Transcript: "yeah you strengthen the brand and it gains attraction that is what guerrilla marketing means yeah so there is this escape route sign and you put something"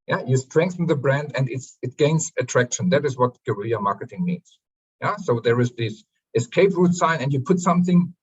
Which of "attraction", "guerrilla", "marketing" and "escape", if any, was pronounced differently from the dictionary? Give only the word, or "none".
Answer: guerrilla